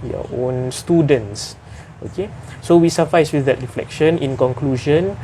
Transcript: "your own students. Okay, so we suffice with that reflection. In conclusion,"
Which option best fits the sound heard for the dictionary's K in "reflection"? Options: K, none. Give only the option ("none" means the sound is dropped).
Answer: K